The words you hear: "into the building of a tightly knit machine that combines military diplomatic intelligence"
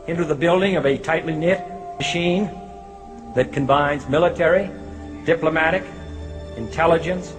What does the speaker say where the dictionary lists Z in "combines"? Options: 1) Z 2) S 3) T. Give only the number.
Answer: 1